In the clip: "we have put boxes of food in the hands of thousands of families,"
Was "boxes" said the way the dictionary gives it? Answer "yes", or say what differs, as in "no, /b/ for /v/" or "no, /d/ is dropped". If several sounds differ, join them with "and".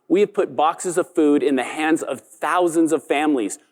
yes